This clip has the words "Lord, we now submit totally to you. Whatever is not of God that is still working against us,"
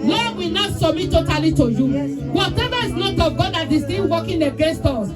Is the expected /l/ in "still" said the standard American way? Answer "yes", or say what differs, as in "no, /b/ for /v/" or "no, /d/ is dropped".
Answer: no, /n/ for /l/